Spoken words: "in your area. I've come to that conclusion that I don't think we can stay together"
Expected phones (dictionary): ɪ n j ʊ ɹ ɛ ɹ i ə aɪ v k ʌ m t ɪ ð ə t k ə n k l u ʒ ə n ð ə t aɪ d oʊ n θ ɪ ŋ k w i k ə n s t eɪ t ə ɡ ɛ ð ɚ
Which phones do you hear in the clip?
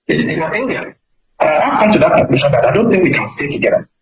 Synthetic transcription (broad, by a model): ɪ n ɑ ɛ l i i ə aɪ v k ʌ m t ɪ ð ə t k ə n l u ʃ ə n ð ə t aɪ d oʊ n θ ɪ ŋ k w i k ə n s t eɪ t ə ɡ ɛ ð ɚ